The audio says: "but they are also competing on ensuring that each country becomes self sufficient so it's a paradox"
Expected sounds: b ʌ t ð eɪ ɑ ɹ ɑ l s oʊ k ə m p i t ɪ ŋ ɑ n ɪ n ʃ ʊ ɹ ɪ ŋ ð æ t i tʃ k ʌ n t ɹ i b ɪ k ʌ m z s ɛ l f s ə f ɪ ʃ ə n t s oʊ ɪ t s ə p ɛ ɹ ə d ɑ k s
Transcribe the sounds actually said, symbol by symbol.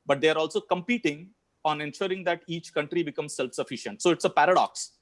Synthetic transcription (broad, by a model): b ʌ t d eɪ ɑ ɹ ɑ l s oʊ k ə m p i t ɪ ŋ ɑ n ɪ n ʃ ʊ ɹ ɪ ŋ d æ t i tʃ k ʌ n t ɹ i b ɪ k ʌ m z s ɛ l f s ə f ɪ ʃ ə n t s oʊ ɪ t s ə p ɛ ɹ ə d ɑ k s